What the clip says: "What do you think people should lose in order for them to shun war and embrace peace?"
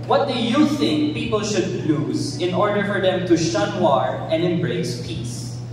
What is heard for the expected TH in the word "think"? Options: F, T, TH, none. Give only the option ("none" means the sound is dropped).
TH